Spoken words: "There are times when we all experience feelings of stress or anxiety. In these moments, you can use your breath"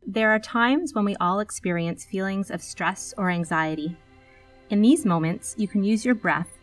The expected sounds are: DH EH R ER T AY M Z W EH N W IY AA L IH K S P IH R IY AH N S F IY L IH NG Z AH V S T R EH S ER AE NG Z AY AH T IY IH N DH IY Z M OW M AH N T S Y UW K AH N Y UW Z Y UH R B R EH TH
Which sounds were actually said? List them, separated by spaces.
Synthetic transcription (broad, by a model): DH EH R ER T AY M Z W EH N W IY AA L IH K S P IH R IY AH N S F IY L IH NG Z AH V S T R EH S ER AE NG Z AY AH T IY IH N DH IY Z M OW M AH N T S Y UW K AH N Y UW Z Y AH R B R EH TH